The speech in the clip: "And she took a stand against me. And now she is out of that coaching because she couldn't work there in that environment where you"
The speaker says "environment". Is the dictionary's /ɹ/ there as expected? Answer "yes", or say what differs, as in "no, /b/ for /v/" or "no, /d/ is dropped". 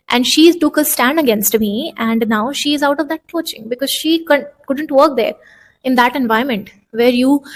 no, /ɹ/ is dropped